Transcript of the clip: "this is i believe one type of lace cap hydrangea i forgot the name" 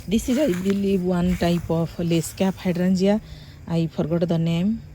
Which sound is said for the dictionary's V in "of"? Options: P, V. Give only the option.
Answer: P